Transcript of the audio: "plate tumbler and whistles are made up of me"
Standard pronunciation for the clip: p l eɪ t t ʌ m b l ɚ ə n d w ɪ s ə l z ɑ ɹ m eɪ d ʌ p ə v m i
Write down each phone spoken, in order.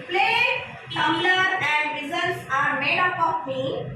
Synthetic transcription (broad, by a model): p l eɪ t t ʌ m l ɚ ə n d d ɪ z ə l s ɑ ɹ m eɪ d ʌ p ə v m i